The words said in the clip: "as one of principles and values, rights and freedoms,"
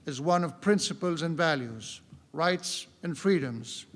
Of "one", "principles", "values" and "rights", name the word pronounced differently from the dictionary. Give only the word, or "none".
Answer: none